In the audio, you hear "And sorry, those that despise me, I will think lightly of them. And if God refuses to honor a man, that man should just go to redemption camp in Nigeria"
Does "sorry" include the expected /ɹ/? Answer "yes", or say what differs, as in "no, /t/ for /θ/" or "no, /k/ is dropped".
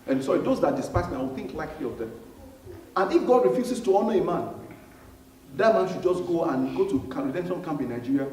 no, /ɹ/ is dropped